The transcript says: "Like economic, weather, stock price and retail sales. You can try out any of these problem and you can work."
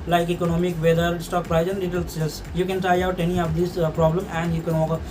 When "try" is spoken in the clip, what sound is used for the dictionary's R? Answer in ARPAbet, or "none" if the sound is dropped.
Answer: none